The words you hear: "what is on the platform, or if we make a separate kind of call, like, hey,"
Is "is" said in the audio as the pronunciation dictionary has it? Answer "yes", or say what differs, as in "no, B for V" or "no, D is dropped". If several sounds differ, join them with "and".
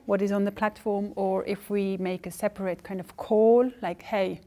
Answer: yes